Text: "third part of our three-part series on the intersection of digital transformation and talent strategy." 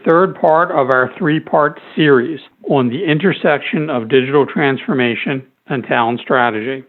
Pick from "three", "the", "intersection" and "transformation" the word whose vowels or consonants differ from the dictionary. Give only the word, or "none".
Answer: none